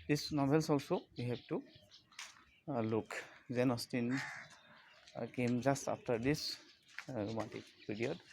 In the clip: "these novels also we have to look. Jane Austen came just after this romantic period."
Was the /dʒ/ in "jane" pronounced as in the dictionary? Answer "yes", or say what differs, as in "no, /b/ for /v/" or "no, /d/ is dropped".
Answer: no, /z/ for /dʒ/